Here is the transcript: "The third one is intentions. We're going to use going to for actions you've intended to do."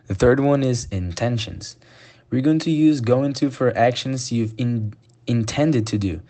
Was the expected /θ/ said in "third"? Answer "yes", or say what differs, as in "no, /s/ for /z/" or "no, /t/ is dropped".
yes